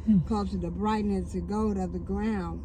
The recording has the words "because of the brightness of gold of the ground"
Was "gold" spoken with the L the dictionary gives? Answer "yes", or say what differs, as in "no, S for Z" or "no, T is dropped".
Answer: no, L is dropped